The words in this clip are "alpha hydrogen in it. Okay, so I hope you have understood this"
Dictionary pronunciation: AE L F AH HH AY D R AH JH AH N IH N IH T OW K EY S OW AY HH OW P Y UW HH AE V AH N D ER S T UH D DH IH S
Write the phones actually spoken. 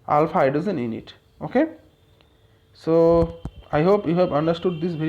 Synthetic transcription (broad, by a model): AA L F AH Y D AH Z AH N IH N IH T OW K EY S OW AY HH OW P Y UW HH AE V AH N D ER S T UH D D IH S